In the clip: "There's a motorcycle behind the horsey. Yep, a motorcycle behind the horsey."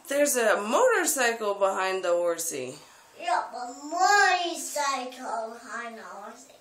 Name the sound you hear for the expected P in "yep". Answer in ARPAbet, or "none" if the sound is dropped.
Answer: B